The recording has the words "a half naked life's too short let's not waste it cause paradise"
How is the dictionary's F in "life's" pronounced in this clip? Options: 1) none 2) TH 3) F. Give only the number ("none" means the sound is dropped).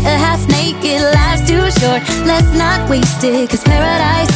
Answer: 1